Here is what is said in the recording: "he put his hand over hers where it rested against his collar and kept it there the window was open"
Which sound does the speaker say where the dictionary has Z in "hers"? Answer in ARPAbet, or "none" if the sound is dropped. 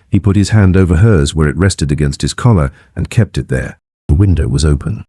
Z